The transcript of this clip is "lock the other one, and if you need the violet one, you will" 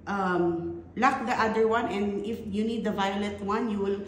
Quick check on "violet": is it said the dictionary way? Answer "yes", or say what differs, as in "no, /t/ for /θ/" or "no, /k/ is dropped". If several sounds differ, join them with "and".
yes